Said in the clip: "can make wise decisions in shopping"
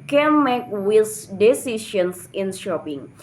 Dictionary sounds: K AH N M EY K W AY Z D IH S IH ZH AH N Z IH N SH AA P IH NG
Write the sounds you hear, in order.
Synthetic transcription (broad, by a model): K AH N M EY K W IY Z D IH S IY SH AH N S IH N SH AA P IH NG